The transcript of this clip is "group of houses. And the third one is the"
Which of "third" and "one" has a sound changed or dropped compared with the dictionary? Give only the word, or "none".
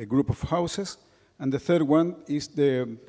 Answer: none